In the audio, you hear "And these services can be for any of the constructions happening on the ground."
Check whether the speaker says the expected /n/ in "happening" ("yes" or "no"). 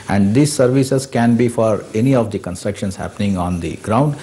yes